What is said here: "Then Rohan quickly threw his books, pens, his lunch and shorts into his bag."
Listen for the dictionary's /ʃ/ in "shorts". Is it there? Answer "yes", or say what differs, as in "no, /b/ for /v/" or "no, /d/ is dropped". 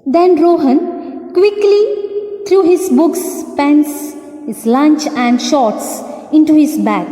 yes